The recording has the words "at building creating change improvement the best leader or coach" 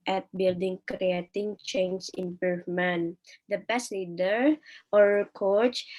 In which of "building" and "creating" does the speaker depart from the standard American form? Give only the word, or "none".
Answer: none